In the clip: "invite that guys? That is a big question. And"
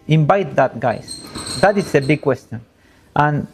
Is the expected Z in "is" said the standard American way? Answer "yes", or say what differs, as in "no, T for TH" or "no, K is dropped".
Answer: no, S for Z